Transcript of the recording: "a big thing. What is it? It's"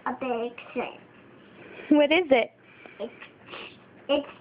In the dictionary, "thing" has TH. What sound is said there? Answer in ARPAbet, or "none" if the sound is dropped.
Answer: S